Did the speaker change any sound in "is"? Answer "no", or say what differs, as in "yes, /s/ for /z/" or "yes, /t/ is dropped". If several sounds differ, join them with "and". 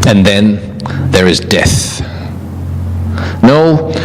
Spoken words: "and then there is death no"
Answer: no